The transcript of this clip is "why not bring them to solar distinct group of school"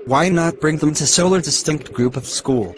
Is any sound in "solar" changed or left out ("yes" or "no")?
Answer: no